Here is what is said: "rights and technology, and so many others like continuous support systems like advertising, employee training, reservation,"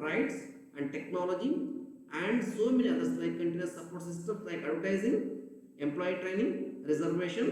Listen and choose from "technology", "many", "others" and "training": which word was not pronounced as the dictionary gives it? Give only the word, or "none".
others